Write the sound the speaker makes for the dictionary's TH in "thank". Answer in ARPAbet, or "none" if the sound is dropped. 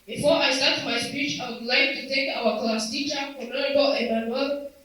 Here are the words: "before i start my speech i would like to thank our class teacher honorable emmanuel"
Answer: T